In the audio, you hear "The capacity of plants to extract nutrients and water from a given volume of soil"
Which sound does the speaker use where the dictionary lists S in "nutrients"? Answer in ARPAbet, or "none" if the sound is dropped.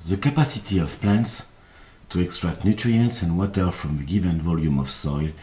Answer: S